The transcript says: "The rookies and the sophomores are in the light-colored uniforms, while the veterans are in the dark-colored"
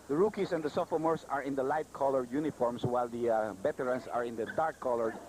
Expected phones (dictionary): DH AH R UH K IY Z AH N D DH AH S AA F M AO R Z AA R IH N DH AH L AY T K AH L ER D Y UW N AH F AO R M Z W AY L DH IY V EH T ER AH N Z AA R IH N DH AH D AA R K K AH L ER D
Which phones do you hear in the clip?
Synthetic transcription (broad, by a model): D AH R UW K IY S AH N D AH S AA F M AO R S AA R IH N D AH L AY T K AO L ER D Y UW N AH F AO R M S W AY L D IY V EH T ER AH N S AA R IH N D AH D AA R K K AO L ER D